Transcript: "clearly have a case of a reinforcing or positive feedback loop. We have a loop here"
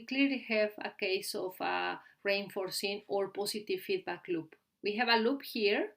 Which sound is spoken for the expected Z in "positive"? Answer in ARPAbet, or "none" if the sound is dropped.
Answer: S